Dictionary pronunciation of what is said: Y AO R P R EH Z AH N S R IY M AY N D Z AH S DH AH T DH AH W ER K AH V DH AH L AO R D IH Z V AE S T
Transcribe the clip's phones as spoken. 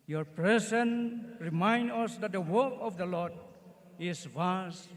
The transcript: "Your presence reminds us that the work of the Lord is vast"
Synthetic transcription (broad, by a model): Y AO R P R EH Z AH N R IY M AY N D AH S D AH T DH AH W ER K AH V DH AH L AO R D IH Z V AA S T